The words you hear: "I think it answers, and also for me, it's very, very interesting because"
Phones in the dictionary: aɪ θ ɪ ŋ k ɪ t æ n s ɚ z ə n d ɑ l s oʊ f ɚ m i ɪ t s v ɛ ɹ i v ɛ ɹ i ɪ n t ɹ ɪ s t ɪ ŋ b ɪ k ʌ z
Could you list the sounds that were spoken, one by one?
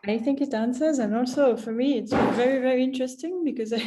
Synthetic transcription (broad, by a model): aɪ θ ɪ ŋ k ɪ t æ n s ɚ z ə n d ɑ l s oʊ f ɚ m i ɪ t s v ɛ ɹ i v ɛ ɹ i ɪ n t ɹ ɪ s t ɪ ŋ b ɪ k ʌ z